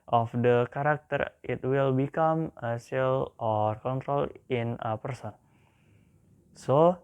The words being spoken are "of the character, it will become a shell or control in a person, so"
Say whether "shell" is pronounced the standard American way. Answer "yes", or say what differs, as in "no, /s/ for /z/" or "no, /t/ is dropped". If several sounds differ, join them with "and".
no, /s/ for /ʃ/